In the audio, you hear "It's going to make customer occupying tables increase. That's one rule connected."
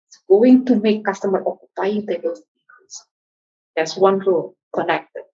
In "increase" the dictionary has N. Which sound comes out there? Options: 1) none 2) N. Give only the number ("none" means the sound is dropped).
1